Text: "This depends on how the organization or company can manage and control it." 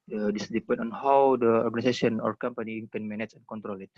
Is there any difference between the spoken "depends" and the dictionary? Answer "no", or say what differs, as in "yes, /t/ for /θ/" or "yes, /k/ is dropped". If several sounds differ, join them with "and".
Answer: yes, /z/ is dropped